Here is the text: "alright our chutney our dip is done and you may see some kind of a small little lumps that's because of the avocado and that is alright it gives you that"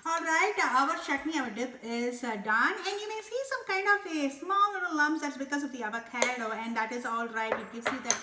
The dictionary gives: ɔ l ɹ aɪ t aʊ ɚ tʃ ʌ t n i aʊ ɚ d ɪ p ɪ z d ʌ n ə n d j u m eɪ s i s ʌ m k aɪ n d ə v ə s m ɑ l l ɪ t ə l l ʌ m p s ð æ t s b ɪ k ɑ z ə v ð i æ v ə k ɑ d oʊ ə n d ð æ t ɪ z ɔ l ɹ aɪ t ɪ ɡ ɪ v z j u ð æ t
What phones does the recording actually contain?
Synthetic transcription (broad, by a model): ɔ l ɹ aɪ t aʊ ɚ ʃ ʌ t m i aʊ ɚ d ɪ p ɪ z d ʌ n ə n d j u m eɪ s i s ʌ m k aɪ n d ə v ə s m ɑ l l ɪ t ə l l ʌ m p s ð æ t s b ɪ k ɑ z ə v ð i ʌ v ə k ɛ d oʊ ə n d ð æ t ɪ z ɔ l ɹ aɪ t ɪ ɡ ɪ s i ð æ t